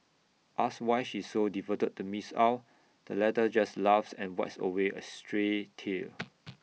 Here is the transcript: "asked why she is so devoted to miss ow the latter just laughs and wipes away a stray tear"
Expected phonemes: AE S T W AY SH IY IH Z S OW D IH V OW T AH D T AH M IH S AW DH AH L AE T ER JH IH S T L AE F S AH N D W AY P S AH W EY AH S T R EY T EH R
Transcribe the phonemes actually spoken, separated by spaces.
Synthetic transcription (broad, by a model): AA S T W AY SH IY S OW D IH V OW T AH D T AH M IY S AW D AH L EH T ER JH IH S L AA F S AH N W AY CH S AH W EY AH S T R EY T EH L